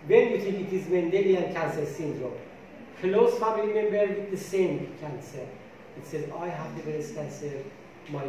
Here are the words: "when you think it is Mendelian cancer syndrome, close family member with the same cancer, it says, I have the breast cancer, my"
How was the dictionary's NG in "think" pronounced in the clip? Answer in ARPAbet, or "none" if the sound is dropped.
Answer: none